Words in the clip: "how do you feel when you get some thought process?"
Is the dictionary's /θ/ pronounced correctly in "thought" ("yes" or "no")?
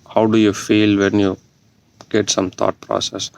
no